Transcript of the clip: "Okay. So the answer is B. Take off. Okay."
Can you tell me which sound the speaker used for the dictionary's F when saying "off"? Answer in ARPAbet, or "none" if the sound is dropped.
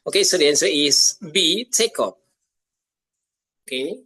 P